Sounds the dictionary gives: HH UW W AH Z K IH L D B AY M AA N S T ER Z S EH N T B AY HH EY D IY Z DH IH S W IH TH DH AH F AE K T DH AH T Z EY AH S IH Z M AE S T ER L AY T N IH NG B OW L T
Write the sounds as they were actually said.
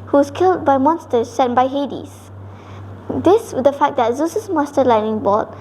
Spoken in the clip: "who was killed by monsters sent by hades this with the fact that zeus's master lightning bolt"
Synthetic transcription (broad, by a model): HH UW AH S K IH L D B AY M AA N S T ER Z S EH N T B AY HH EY D IY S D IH S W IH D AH F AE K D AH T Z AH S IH S M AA S T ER L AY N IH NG B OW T